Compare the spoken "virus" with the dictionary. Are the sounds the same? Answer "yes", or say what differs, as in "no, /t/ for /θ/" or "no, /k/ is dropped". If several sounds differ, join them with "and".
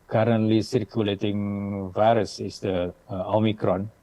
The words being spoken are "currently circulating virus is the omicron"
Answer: yes